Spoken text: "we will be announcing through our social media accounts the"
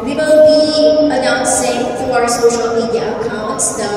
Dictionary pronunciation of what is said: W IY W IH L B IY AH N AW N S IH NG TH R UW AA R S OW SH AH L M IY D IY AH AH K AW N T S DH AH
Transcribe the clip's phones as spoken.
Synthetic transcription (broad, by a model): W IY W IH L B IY AH N AW N S IH NG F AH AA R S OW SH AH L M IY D AH K AW N T S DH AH